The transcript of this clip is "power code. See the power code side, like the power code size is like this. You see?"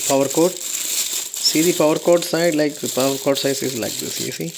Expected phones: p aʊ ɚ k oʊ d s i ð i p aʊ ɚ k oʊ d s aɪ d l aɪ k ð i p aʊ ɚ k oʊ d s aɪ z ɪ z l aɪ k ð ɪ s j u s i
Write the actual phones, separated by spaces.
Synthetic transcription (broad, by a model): p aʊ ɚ k oʊ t s i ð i p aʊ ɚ k oʊ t s aɪ d l aɪ k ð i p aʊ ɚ k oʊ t s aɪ s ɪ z l aɪ k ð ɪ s j u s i